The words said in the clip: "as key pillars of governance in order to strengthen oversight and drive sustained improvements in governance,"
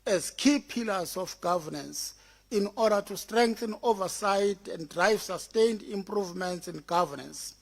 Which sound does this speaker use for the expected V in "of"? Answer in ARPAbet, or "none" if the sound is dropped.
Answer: F